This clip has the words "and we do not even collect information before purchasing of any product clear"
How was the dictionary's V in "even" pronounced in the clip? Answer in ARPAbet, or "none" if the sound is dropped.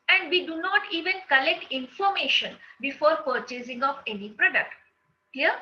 V